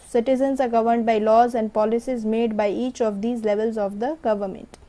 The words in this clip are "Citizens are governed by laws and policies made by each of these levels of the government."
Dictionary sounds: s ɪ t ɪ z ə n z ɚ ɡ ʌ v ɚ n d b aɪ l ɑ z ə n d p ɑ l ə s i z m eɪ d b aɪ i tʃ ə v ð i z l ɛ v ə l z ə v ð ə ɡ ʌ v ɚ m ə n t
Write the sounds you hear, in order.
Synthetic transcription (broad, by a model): s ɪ t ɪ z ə n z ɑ ɡ ʌ v ɚ n d b aɪ l ɑ z ə n d p ɑ l ə s i z m eɪ d b aɪ i tʃ ə v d i z l ɛ v ə l z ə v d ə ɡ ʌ v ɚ m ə n t